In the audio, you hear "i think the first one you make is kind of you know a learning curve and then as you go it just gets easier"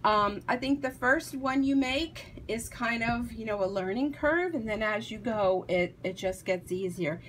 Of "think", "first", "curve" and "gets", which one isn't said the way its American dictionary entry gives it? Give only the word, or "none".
none